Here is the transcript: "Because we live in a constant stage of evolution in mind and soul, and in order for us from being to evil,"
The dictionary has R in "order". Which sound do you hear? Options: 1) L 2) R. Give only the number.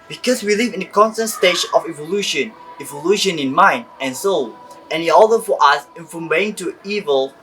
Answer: 1